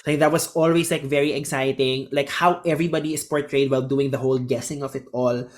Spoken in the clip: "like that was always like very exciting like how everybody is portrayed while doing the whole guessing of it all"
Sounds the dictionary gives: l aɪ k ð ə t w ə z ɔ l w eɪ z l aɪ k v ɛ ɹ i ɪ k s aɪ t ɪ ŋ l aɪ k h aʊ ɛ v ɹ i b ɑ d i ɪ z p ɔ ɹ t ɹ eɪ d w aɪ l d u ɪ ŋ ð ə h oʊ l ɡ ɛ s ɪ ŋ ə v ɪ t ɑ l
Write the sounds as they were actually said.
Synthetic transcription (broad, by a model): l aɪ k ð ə t w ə s ɔ l w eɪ s l aɪ k v ɛ ɹ i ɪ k s aɪ t ɪ ŋ l aɪ k h aʊ ɛ v ɹ i b ɑ d i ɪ s p ɔ ɹ t ɹ eɪ d w aɪ l d u ɪ ŋ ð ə h oʊ l ɡ ɛ s ɪ ŋ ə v ɪ t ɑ l